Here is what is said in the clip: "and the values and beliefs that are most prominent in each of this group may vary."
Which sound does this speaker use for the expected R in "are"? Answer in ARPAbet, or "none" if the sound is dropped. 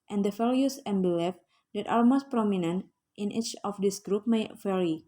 L